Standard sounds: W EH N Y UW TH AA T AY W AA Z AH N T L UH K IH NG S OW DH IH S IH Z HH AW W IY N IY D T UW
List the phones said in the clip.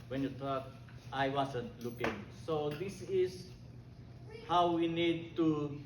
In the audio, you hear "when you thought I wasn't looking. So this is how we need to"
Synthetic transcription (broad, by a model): W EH N Y UW T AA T AY W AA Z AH N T L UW K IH NG S OW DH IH S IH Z HH AW W IY N IY D T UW